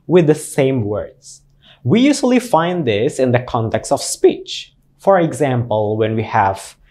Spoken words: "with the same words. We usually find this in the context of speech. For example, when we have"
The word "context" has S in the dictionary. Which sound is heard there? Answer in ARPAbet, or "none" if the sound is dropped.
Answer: S